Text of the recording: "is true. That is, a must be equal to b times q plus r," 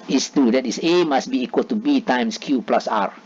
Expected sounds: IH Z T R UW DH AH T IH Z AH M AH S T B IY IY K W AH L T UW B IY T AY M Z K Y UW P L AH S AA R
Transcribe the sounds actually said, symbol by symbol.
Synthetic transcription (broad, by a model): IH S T UW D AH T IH S AH M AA S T B IY IY K W AH L T UW B IY T AY M S K Y UW P L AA S AA R